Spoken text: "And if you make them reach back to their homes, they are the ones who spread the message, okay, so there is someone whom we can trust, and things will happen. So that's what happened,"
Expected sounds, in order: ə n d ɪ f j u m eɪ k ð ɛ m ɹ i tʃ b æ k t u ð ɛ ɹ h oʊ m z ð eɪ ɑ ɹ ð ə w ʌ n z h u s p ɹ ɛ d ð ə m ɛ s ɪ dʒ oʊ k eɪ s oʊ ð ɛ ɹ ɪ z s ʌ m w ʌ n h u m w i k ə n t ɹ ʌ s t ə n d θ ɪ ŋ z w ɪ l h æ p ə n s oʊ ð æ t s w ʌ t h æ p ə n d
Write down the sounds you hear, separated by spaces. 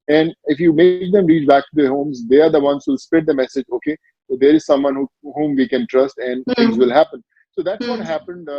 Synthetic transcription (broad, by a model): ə n d ɪ f j u m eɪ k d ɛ m ɹ i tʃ b æ k t u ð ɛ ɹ h oʊ m z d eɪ ɑ ɹ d ə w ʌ n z h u s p ɛ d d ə m ɛ s ɪ dʒ oʊ k eɪ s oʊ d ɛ ɹ ɪ z s ʌ m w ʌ n h u m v i k ə n t ɹ ʌ s t ə n d t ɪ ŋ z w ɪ l h æ p ə n s oʊ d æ t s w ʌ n h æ p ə n d